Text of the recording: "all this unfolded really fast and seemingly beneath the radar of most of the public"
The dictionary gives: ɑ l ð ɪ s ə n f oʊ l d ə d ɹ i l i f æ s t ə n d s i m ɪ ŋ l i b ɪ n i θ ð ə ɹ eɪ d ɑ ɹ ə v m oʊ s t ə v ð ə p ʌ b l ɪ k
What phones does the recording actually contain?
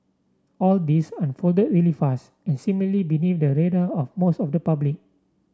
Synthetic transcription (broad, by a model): ɑ l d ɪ s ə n f oʊ l d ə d ɹ i l i f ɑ s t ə n s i m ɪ l i b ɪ n i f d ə ɹ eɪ d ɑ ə f m oʊ s t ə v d ə p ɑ b l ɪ k